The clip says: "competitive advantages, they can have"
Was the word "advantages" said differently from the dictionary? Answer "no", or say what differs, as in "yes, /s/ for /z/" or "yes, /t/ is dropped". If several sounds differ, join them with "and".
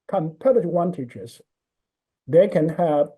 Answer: yes, /tʃ/ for /dʒ/